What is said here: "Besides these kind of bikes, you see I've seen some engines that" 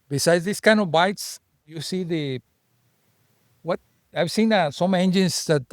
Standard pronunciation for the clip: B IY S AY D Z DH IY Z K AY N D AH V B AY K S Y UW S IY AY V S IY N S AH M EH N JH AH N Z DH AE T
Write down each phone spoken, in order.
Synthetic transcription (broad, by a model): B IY S AY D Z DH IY S K AY N D AH V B AY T S Y UW S IY AY V S IY N S AH M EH N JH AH N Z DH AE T